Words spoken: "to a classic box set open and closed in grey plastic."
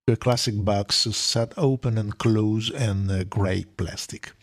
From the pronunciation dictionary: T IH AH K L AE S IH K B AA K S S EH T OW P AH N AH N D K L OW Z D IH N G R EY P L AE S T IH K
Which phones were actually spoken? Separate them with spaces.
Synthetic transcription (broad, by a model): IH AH K L AE S IH K B AA K S S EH T OW P AH N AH N K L OW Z IH N G R EY P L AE S T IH K